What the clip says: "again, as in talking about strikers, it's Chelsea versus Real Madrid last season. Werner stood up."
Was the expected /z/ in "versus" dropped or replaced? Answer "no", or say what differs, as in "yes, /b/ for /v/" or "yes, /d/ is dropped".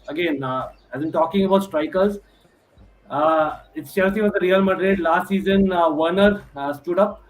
yes, /z/ is dropped